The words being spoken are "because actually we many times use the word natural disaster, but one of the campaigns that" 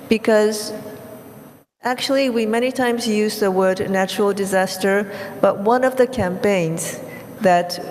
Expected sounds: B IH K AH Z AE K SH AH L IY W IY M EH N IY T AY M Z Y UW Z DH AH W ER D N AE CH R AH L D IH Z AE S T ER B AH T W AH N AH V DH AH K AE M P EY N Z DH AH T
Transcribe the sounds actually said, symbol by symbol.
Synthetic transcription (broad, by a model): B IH K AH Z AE K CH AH L IY W IY M EH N IY T AY M Z Y UW Z DH AH W ER D N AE CH R L D IH Z AE S T ER B AH T W AH N AH V DH AH K AE M P EY N Z DH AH T